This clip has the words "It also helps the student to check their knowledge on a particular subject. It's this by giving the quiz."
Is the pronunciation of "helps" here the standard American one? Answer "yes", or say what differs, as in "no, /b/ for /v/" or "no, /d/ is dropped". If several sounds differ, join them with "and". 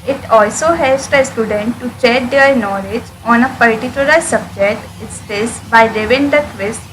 no, /p/ is dropped